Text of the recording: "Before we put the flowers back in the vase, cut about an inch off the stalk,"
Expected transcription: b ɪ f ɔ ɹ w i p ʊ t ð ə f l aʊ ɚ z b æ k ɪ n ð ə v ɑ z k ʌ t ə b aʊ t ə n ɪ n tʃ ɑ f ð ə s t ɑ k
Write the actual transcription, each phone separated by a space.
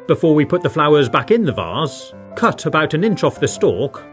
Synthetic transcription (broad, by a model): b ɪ f ɔ ɹ w i p ʊ t ð ə f l aʊ ɚ z b æ k ɪ n ð ə v ɑ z k ʌ t ə b aʊ t ə n ɪ n tʃ ɑ f ð ə s t ɑ k